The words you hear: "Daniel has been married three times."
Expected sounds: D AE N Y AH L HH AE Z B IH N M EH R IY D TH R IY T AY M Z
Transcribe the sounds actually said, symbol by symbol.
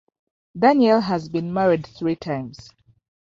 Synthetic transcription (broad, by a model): D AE N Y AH L HH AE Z B IH N M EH R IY D TH R IY T AY M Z